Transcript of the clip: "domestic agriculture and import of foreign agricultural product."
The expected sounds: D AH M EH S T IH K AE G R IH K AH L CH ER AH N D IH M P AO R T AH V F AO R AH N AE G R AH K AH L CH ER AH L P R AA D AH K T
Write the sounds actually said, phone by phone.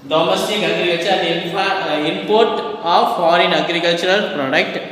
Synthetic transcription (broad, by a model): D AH M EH S T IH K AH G R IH AH CH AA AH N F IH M P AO R T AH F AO R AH N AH G R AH K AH L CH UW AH L P R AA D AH K T